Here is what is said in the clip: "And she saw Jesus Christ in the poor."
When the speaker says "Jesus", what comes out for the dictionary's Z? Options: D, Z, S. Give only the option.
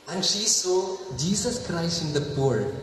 S